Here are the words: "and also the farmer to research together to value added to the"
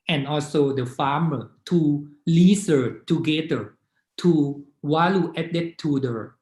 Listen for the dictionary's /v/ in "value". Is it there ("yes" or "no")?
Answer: no